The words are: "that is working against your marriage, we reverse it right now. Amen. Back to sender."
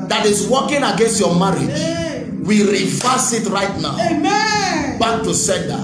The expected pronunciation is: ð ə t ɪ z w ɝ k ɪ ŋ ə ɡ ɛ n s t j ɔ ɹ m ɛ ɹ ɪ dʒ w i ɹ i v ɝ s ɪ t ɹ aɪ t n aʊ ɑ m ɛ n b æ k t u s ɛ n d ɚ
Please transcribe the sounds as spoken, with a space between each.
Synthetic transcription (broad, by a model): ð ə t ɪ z w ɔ k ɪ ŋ ə ɡ ɛ n s t j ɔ m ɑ ɹ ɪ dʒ w i ɹ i f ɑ s ɪ t ɹ aɪ t n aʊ ɑ ʊ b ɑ k t u s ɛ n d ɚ